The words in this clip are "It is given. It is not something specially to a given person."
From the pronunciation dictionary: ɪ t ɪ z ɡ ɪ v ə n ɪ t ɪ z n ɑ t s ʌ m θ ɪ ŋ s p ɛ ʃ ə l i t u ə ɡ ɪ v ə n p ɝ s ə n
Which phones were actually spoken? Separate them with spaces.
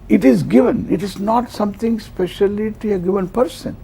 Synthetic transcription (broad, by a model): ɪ t ɪ z ɡ ɪ v ə n ɪ t ɪ z n ɑ t s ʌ m t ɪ ŋ s p ɛ ʃ ə l i t u ə ɡ ɪ v ə n p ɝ s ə n